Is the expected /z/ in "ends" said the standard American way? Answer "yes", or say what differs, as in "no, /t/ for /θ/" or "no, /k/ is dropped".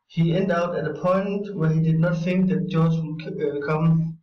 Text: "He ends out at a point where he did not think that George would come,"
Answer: no, /z/ is dropped